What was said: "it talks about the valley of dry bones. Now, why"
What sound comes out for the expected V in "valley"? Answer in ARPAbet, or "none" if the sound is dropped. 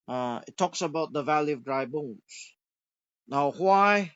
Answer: V